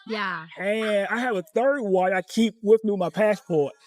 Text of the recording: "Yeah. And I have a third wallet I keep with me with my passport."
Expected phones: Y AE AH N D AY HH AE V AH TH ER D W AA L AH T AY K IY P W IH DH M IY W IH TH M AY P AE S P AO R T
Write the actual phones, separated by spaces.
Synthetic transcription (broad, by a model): Y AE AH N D AY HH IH V AH TH ER D W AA AH IH K IY P W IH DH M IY M AY P AE S P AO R T